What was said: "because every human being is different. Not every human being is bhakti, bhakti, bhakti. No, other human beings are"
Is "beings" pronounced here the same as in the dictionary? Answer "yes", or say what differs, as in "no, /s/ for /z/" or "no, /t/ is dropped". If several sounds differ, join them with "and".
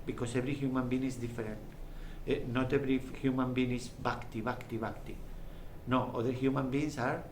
no, /s/ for /z/